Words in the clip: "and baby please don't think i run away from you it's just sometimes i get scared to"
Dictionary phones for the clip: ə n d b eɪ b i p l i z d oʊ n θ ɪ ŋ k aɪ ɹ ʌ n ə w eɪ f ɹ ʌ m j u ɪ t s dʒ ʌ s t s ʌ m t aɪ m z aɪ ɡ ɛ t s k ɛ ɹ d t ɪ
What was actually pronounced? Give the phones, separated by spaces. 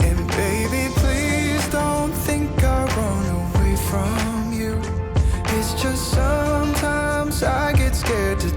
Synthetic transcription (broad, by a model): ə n b eɪ b i p l i z d oʊ n θ ɪ ŋ k aɪ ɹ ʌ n ə w eɪ f ɹ ʌ m j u ɪ t s dʒ ʌ s t s ʌ m t aɪ m z aɪ ɡ ɛ t s k ɛ ɹ d t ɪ